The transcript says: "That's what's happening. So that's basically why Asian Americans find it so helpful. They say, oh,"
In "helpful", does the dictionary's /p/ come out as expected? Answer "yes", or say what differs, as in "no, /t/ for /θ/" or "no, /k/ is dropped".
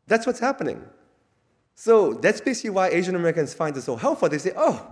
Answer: no, /p/ is dropped